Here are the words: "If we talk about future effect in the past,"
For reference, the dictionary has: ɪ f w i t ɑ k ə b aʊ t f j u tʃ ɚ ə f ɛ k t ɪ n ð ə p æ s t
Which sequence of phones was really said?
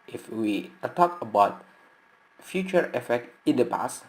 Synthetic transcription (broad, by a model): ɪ f w i t ɑ k ə b aʊ t f j u tʃ ɚ ə f ɛ k t ɪ n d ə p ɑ s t